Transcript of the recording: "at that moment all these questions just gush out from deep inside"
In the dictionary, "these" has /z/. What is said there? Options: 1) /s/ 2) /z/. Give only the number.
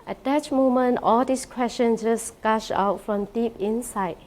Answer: 1